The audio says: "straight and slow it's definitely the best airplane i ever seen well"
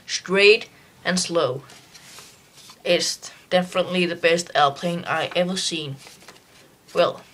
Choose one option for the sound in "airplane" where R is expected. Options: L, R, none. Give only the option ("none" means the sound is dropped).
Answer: L